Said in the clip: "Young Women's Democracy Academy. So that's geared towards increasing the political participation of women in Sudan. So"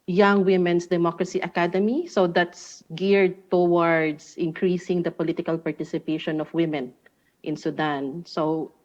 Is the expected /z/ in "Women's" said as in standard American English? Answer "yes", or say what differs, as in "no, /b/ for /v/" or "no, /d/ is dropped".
no, /s/ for /z/